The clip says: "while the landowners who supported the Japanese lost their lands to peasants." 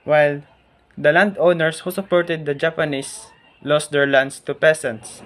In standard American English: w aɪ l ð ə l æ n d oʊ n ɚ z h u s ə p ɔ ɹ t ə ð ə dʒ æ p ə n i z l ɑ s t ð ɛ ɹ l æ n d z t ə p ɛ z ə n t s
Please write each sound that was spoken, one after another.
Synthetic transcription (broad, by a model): w aɪ l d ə l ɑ n d oʊ n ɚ s h u s ə p ɔ ɹ t ə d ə dʒ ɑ p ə n i s l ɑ s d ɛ ɹ l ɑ n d s t ə p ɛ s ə n t s